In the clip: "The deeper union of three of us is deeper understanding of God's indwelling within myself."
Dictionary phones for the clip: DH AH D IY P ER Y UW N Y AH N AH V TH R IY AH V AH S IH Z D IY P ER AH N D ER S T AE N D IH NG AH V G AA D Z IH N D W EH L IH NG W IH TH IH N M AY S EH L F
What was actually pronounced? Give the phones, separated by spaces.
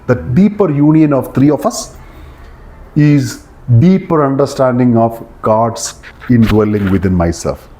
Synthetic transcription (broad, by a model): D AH D IY P ER Y UW N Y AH N AH V T R IY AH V AH S IH Z D IY P ER AH N D ER S T AE N D IH NG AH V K AA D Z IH N D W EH L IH NG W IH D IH N M AY S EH L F